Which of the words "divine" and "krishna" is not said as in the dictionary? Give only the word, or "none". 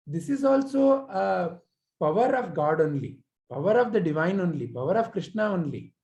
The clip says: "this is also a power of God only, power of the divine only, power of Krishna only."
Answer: none